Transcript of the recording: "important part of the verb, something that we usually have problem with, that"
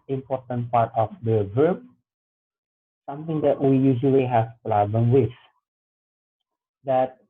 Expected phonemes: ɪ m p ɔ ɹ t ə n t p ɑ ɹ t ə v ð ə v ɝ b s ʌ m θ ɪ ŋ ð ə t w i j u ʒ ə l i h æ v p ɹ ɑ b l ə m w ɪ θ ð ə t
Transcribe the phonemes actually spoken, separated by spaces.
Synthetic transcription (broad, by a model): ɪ m p ɔ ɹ t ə n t p ɑ ɹ t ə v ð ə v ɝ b s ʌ m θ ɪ ŋ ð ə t w i j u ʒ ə l i h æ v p l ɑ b ə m w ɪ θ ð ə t